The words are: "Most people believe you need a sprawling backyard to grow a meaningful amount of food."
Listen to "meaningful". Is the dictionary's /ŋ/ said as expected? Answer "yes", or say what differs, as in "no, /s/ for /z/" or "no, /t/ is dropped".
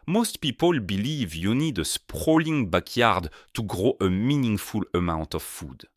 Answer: yes